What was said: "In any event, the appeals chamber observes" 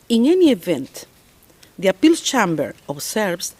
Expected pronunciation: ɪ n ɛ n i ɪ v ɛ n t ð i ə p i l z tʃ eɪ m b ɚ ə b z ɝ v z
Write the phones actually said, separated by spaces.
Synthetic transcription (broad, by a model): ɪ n ɛ n i ɪ v ɛ n t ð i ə p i l tʃ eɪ m b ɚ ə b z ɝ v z